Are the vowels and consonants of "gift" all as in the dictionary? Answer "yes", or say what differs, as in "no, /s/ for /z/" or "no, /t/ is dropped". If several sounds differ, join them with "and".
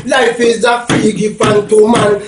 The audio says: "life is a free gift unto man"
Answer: no, /t/ is dropped